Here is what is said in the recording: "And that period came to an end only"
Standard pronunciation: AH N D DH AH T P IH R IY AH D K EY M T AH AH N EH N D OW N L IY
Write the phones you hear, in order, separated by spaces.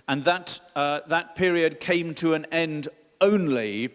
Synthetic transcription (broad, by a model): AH N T DH AH T P IH R IY AH D K EY M T AH AH N EH N D OW N L IY